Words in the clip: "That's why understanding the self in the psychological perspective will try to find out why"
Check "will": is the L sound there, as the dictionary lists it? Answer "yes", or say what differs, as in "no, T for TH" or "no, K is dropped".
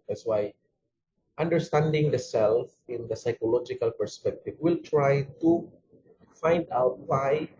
yes